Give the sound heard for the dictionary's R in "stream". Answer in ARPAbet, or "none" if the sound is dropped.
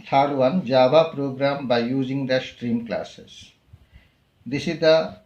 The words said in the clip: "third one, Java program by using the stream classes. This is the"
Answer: R